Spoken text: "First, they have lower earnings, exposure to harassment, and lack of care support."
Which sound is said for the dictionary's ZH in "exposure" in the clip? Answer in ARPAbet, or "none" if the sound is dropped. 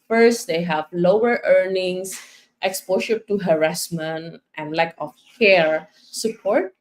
SH